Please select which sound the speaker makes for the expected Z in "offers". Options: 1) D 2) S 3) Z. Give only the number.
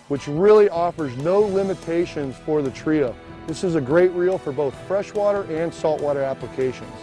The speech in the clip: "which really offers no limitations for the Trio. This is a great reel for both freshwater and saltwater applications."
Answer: 3